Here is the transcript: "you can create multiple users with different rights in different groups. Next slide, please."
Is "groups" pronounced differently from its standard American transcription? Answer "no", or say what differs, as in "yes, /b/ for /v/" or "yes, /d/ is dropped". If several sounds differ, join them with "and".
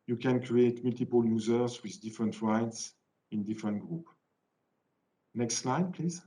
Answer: yes, /s/ is dropped